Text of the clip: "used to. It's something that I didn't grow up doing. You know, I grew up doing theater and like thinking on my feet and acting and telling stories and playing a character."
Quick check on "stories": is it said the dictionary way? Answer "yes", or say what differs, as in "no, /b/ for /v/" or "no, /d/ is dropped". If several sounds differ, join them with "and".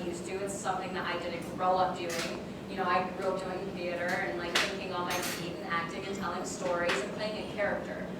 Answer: yes